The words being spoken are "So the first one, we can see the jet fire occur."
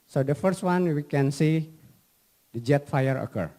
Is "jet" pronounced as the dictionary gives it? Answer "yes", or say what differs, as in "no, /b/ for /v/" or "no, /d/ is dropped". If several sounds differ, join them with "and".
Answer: yes